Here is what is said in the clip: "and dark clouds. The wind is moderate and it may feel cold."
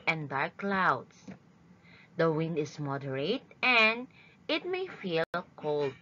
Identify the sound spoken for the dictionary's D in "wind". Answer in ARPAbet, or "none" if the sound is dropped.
D